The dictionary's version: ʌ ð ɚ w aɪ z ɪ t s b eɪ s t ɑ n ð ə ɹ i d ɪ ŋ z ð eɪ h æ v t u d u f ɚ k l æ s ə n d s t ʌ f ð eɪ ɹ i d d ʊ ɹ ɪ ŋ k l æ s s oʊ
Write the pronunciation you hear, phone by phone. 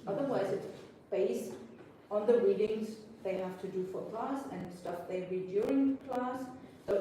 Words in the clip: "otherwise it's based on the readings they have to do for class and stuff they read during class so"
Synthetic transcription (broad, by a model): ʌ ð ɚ w aɪ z ɪ t s b eɪ s t ɑ n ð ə ɹ i d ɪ ŋ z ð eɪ h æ f t u d u f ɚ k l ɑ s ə n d s t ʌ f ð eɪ ɹ i d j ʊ ɹ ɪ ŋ k l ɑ s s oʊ